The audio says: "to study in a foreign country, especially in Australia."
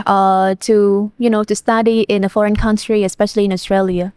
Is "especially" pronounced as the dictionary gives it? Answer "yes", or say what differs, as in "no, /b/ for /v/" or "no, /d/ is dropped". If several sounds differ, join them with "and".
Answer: yes